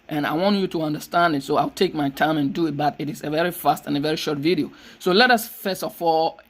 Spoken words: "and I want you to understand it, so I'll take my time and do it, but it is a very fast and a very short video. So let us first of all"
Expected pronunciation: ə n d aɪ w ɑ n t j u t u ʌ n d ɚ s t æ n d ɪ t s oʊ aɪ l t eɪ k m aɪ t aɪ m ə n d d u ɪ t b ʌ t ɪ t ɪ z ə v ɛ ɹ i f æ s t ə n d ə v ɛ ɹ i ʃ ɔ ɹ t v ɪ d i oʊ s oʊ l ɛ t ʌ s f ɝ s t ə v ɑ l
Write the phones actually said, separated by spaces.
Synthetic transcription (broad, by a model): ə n aɪ w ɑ n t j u t u ʌ n d ɚ s t æ n d ɪ t s oʊ aɪ l t eɪ k m aɪ t aɪ m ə n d d u ɪ t b ʌ t ɪ t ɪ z ə v ɛ ɹ i f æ s t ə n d ə v ɛ ɹ i ʃ ɔ ɹ t v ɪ d i oʊ s oʊ l ɛ t ʌ s f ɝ s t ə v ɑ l